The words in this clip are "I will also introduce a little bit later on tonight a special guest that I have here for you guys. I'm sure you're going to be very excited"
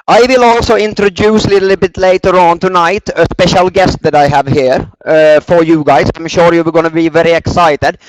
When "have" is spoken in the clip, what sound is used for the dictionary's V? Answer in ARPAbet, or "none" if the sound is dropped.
V